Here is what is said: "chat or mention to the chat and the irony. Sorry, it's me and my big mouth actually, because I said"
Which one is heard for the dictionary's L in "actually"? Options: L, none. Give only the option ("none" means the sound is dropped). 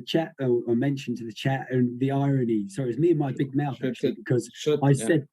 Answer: none